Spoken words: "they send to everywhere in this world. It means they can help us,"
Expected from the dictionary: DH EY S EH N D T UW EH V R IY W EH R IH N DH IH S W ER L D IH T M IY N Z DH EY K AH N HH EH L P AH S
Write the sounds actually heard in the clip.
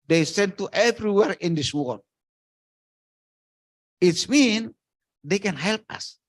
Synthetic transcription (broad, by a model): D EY S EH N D T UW EH V R IY W EH R IH N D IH S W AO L IH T M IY N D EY K AH N HH EH L P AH S